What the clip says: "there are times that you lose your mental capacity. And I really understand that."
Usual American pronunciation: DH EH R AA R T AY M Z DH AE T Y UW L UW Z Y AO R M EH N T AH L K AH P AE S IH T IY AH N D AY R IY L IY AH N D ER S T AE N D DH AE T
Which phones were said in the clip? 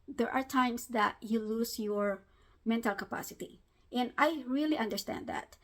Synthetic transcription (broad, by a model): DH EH R AA R T AY M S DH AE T Y UW L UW S Y AO R M EH N T AH L K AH P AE S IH T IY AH N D AY R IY L IY AH N D ER S T AE N D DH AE T